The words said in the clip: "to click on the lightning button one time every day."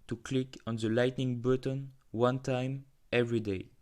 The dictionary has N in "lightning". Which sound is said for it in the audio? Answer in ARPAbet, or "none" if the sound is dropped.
N